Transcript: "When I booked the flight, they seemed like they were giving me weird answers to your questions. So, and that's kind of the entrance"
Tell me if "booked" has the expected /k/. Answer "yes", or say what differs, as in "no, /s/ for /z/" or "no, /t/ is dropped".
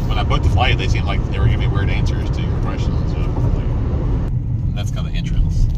no, /k/ is dropped